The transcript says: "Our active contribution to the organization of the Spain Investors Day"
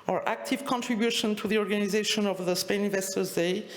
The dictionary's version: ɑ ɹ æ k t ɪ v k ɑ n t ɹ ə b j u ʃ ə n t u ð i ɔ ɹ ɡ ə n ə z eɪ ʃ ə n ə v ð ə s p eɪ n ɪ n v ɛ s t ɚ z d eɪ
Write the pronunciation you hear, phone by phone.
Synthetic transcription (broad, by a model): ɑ ɹ æ k t ɪ v k ɑ n t ɹ ə b j u ʃ ə n t u ð i ɔ ɹ ɡ ə n ə z eɪ ʃ ə n ə v ð ə s p eɪ n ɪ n v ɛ s t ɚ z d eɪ